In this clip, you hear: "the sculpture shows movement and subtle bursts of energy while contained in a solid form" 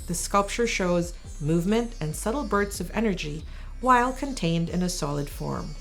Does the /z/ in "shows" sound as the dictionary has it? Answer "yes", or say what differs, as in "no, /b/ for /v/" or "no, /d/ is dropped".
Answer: yes